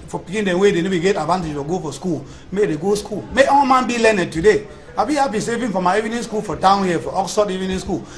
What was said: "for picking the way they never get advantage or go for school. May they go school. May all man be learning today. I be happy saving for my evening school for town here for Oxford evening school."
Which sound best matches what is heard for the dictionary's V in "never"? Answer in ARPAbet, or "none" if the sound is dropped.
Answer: B